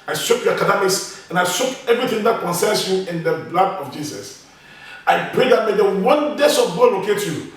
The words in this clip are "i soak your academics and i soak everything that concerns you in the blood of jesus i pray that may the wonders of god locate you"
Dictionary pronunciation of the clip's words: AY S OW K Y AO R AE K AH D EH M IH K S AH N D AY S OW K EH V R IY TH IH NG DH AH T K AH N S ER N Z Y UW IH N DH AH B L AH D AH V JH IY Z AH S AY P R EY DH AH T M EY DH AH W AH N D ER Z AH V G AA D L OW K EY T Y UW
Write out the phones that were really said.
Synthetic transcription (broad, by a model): AY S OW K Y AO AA K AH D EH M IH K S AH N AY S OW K EH V R IY TH IH NG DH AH T K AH N S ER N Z Y UW IH N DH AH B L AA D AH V JH IY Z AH S AY P R EY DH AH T M EY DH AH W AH N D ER S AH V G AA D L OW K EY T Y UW